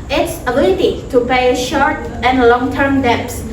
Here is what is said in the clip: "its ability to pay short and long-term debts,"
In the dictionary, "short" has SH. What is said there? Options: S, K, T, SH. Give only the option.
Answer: SH